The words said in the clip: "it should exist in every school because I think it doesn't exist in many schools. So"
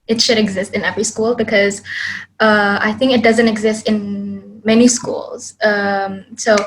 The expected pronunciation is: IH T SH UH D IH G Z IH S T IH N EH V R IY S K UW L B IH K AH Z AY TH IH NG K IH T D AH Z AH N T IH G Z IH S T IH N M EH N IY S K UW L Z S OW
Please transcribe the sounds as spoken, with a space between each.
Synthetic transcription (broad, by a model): IH T SH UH D IH G Z IH S T IH N EH V R IY S K UW L B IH K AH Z AY TH IH NG K IH T D AH Z AH N T IH G Z IH S T IH N M EH N IY S K UW L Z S OW